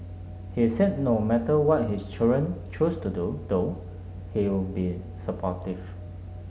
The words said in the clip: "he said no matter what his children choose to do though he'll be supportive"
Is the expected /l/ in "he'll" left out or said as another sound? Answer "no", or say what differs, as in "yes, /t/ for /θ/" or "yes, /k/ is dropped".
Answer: yes, /w/ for /l/